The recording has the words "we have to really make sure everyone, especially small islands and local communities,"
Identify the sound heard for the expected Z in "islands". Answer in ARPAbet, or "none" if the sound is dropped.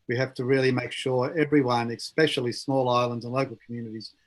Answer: Z